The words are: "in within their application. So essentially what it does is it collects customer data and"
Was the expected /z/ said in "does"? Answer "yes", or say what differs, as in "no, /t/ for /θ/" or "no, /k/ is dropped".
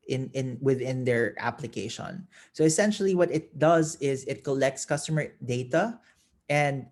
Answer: yes